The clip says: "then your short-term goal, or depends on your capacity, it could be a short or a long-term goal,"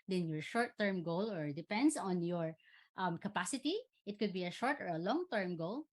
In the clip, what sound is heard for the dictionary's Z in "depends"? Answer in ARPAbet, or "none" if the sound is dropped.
S